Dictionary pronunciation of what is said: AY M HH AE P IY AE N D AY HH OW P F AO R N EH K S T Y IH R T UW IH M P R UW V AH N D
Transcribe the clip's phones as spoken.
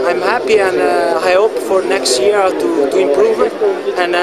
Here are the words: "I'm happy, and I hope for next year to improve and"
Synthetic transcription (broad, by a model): AY M HH AE P IY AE N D AY HH OW P F AO R N EH K S T Y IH R T UW IH M P R UW V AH N